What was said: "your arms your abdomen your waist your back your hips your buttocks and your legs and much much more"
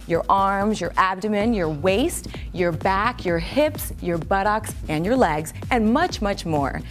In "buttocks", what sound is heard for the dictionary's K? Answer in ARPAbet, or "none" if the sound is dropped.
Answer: K